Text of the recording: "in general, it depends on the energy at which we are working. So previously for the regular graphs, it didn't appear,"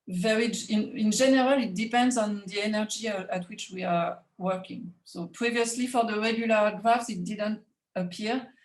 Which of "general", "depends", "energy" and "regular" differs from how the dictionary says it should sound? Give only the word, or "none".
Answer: none